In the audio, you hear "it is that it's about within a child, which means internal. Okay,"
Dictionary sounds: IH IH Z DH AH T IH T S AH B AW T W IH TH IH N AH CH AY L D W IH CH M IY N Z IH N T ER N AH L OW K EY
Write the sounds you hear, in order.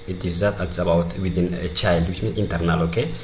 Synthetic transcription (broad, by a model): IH IH Z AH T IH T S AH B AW T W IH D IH N AH CH AY L D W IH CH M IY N IH N T ER N AH L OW K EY